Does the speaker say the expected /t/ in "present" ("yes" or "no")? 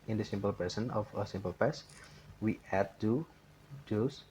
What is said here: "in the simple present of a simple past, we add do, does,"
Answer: no